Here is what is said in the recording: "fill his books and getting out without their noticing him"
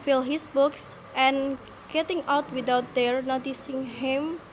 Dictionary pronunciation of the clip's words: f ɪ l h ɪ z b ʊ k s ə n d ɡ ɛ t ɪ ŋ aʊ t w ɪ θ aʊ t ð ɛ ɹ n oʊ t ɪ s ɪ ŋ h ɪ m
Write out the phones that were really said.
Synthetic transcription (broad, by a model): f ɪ l h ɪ s b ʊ k s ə n ɡ ɛ t ɪ ŋ aʊ t w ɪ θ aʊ t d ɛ ɹ n oʊ t ɪ s ɪ ŋ h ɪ m